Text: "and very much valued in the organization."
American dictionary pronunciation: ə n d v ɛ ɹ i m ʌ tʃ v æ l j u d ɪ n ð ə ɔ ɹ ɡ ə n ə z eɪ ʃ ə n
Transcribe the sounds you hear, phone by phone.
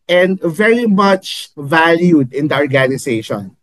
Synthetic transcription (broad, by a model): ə n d v ɛ ɹ i m ʌ tʃ v æ l j u d ɪ n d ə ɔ ɹ ɡ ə n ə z eɪ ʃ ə n